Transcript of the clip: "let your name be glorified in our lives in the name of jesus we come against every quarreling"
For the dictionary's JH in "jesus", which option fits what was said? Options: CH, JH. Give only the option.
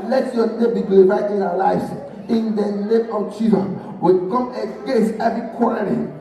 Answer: CH